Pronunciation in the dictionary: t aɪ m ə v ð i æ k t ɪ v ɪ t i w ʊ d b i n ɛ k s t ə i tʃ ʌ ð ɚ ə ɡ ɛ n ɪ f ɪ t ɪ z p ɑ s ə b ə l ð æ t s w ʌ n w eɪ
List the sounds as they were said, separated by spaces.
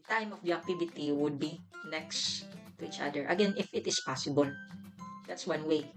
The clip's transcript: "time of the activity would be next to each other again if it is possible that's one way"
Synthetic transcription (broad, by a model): t aɪ m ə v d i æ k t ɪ b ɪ t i w ʊ d b i n ɛ k s t ə i tʃ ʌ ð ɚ ə ɡ ɛ n ɪ f ɪ t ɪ s p ɑ s ə b ə l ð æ t s w ʌ n w eɪ